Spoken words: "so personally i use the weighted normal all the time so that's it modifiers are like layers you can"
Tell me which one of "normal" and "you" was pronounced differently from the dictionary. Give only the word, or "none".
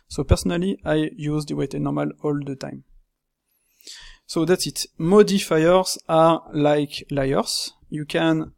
none